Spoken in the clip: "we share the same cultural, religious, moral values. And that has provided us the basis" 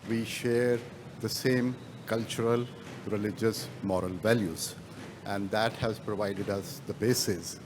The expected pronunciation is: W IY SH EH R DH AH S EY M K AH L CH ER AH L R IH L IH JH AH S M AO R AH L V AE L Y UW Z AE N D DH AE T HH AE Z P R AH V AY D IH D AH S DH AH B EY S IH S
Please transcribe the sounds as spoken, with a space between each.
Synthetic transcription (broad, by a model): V IY SH EH R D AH S EY M K AH L CH ER AH L R IH L IH JH AH S M AO R AH L V AE L Y UW Z AE N D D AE T HH AE Z P R AH V AY D IH D AH S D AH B EY S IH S